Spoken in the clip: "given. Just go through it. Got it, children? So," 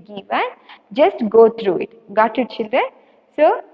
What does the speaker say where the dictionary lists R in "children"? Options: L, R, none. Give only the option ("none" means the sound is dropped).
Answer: none